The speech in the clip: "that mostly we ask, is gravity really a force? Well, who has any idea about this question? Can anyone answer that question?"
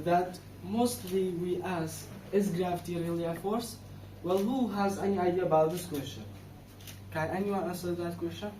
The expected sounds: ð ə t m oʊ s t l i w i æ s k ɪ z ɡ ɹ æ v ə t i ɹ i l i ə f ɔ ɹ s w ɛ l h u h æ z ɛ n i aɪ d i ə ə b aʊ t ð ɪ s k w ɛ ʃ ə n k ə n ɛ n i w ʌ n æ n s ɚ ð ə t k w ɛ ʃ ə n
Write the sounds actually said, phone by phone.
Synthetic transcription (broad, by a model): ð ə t m oʊ s t l i w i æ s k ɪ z ɡ ɹ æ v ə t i ɹ i l i ə f ɔ ɹ s w ɛ l h u h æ z ɛ n i aɪ d i ə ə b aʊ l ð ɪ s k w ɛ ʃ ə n k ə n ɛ n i w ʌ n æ s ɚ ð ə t k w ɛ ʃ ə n